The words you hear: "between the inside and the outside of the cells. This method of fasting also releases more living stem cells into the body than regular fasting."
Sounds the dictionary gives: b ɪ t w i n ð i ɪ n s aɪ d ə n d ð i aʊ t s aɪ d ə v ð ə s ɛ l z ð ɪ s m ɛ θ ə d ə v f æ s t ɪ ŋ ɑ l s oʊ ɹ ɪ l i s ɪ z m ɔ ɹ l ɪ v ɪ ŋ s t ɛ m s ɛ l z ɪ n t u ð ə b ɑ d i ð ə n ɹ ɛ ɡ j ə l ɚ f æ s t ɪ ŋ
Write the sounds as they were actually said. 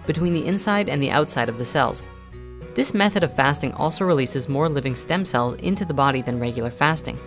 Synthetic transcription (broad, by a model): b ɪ t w i n ð i ɪ n s aɪ d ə n ð i aʊ t s aɪ d ə v ð ə s ɛ l z ð ɪ s m ɛ θ ə d ə v f æ s t ɪ ŋ ɑ l s oʊ ɹ ɪ l i s ɪ z m ɔ ɹ l ɪ v ɪ ŋ s t ɛ m s ɛ l z ɪ n t u ð ə b ɑ d i ð ə n ɹ ɛ ɡ j l ɚ f æ s t ɪ ŋ